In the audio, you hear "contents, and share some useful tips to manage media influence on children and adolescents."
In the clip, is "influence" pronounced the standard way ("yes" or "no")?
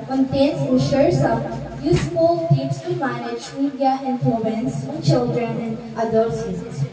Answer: no